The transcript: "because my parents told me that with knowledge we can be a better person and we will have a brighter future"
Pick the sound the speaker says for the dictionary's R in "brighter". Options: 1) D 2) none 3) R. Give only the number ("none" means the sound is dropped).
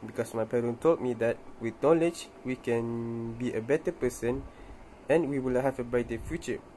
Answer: 2